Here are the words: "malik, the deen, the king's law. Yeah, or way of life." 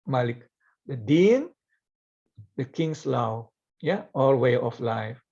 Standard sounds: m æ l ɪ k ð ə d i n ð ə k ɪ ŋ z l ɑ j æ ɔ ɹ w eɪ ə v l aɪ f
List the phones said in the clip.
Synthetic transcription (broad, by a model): m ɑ l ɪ k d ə d i n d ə k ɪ ŋ s l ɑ j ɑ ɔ l w eɪ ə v l aɪ f